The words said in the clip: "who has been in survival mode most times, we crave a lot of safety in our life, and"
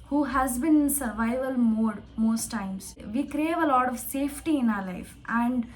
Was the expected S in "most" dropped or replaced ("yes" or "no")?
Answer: no